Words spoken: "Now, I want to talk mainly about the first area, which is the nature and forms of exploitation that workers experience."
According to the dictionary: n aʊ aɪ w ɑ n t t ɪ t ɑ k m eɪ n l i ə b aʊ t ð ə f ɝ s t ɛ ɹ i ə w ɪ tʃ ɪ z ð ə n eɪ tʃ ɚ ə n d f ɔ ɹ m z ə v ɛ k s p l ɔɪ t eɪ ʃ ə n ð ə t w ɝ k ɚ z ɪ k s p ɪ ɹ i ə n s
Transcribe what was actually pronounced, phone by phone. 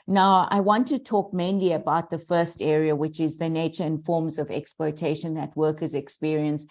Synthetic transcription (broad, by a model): n aʊ aɪ w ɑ n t t ɪ t ɑ k m eɪ n l i ə b aʊ t ð ə f ɝ s t ɛ ɹ i ə w ɪ tʃ ɪ z ð ə n eɪ tʃ ɚ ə n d f ɔ ɹ m z ə v ɛ k s p l ɔɪ t eɪ ʃ ə n ð ə t w ɝ k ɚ z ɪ k s p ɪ ɹ i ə n s